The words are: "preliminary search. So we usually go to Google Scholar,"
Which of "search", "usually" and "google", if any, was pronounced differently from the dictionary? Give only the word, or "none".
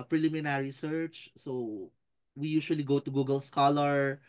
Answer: usually